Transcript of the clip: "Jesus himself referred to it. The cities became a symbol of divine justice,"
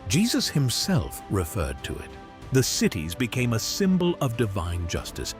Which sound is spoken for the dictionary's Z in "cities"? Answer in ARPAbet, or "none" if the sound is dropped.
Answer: Z